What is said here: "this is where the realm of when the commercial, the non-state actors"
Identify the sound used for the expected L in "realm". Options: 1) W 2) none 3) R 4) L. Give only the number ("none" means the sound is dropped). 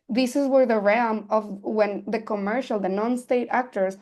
2